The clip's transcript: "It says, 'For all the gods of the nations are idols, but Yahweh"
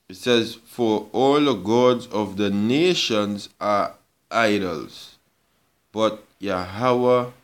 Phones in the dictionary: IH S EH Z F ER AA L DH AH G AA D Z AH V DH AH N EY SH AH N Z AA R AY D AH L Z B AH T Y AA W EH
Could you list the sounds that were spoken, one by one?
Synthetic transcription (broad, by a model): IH S EH Z F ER AA L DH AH G AA D Z AH V DH AH N EY SH AH N Z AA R AY D AH L Z B AH T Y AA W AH